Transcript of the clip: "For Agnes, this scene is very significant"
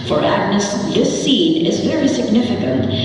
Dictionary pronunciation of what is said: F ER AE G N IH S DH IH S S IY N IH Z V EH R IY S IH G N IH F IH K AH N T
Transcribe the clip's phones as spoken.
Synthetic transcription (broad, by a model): F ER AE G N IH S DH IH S S IY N IH Z V EH R IY S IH G N IH F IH K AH N T